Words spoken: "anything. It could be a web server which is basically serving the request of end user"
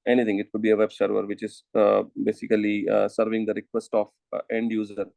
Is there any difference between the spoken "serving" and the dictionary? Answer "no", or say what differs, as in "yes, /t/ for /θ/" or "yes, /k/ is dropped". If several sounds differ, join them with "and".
no